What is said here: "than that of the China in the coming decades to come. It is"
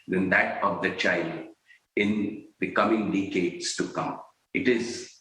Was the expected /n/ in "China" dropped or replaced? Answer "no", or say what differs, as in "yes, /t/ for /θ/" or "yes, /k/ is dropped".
yes, /l/ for /n/